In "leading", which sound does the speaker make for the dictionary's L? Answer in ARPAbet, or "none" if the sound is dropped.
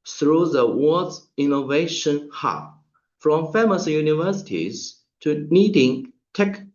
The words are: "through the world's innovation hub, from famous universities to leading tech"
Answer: N